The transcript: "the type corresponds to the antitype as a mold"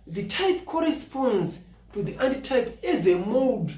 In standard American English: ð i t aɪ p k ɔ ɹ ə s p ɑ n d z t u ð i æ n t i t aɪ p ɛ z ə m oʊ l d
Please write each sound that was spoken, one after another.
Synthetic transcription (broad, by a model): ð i t aɪ p k ɔ ɹ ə s p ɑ n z t u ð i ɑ n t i t aɪ p ɛ z ə m oʊ d